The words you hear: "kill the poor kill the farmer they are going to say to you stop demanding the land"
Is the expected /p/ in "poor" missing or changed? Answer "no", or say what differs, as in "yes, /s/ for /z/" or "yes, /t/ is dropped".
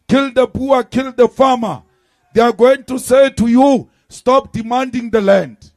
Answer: yes, /b/ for /p/